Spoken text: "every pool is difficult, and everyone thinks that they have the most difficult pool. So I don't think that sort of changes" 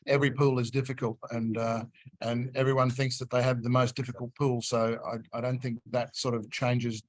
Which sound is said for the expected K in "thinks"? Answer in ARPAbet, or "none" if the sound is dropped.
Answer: K